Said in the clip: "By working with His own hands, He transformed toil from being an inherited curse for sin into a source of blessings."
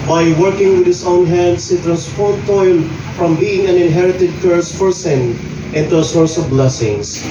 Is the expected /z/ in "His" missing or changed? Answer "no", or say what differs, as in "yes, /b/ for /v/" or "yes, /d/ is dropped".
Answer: yes, /s/ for /z/